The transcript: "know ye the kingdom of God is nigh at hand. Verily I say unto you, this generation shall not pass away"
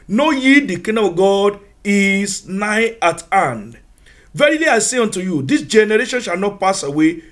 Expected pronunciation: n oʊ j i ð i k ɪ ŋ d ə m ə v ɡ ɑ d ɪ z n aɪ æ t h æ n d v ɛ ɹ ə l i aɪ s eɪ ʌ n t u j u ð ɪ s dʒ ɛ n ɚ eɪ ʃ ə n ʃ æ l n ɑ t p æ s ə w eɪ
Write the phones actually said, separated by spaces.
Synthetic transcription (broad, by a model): n oʊ j i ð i k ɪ d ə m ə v ɡ ɑ d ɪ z n aɪ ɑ t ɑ n d v ɛ ɹ ə l i aɪ s eɪ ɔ n t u j u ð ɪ s dʒ ɛ n ɚ eɪ ʃ ə n ʃ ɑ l n ɑ t p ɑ s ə w eɪ